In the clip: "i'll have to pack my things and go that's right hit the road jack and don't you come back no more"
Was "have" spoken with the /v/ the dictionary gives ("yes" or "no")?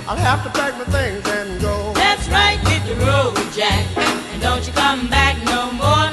no